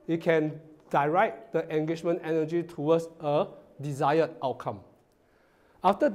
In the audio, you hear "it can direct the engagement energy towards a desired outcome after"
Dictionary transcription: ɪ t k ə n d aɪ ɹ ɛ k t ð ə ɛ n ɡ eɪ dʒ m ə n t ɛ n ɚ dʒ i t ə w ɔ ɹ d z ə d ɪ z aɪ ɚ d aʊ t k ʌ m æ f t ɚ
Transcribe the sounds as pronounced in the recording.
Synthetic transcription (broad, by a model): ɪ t k ə n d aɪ ɹ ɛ t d ə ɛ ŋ ɡ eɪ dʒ m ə n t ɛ n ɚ dʒ i t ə w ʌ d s ə d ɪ z aɪ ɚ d aʊ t k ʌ m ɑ f t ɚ